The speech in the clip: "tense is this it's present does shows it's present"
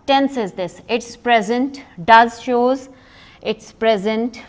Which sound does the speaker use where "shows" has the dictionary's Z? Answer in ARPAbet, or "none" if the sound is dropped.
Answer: Z